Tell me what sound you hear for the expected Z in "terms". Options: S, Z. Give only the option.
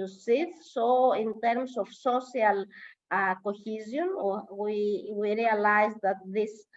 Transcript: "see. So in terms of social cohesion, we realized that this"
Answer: S